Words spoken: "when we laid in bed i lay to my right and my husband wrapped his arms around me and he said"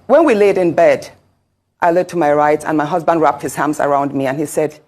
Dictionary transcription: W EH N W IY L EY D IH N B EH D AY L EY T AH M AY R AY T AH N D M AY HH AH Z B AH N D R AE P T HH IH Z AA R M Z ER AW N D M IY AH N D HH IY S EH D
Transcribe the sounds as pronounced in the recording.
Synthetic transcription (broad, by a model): W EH N W IY L EY D IH N B EH D AY L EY T AH M AY R AY T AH N M AY HH AH Z B AH N D R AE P T HH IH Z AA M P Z ER AW N D M IY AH N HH IY S EH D